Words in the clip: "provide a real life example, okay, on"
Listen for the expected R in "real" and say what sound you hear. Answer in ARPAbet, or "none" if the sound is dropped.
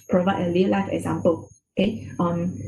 L